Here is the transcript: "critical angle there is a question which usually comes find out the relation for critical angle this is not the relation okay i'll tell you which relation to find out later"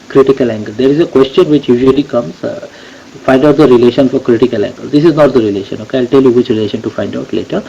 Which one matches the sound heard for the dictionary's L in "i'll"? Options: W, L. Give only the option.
L